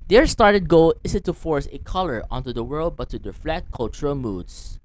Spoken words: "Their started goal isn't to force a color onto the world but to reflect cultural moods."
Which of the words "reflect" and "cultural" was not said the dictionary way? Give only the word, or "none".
reflect